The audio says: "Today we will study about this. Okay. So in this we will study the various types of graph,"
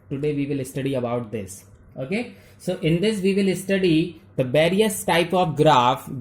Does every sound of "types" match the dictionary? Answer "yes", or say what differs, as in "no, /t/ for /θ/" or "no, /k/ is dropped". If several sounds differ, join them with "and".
no, /s/ is dropped